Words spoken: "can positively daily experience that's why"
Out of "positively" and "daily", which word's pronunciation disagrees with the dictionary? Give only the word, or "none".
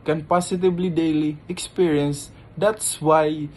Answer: positively